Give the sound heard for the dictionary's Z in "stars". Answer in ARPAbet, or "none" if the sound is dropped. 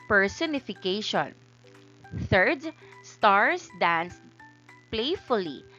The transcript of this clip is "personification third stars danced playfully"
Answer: S